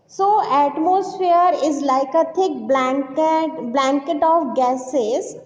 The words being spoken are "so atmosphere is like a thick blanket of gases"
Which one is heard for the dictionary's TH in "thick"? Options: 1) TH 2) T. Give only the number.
2